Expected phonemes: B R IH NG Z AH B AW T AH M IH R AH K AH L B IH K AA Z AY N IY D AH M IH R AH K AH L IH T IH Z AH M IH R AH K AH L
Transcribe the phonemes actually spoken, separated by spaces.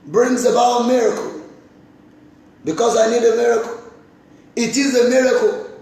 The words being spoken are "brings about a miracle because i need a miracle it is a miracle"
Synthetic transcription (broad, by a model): B R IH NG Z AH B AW AH M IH R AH K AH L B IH K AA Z AY N IY D AH M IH R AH K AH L IH T IH Z AH M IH R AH K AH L